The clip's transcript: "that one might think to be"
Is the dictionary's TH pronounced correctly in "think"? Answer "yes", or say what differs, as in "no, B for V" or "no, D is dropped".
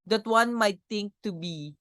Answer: no, T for TH